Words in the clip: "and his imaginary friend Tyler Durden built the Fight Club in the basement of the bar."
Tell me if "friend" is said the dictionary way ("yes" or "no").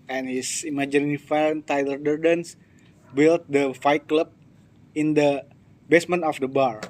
no